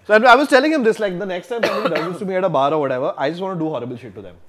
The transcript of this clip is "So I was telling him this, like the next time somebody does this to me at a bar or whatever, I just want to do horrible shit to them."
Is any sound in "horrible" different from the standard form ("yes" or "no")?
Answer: no